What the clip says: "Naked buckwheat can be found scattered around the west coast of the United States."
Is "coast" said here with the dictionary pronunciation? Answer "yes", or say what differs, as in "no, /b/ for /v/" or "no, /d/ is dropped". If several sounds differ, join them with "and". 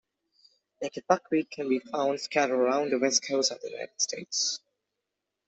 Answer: no, /t/ is dropped